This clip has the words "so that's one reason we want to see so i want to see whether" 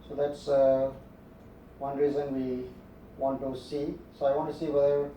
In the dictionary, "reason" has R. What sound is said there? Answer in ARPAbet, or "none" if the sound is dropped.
R